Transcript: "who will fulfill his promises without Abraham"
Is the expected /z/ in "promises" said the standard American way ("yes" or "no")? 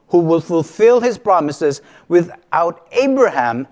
yes